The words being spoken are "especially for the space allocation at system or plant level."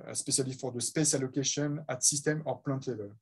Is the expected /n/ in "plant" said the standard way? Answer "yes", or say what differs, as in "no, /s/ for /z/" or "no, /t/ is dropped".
no, /n/ is dropped